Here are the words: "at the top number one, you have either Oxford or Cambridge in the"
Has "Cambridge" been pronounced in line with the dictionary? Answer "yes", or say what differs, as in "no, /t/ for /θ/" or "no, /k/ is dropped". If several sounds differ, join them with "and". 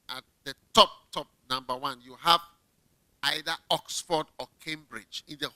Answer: yes